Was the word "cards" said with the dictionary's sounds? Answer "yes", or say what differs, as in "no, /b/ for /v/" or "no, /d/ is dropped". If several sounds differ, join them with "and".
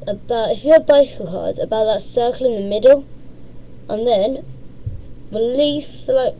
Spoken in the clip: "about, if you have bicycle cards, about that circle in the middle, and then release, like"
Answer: no, /z/ is dropped